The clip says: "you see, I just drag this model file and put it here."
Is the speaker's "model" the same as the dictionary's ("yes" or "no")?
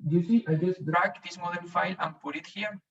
no